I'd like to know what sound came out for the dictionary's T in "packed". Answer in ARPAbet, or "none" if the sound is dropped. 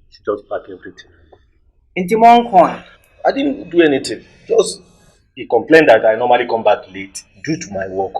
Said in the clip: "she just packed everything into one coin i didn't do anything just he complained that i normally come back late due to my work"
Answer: none